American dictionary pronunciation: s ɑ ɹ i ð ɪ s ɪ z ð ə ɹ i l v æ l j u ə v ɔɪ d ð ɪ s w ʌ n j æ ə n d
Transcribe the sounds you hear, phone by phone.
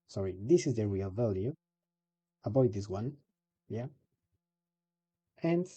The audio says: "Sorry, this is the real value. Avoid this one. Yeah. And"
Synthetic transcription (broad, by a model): s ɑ ɹ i ð ɪ s ɪ z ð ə ɹ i l v æ l j u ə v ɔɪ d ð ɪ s w ʌ n j æ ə n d